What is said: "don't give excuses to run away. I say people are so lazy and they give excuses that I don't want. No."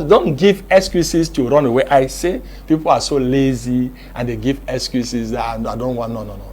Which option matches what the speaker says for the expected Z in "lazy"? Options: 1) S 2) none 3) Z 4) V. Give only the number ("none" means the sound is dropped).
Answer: 3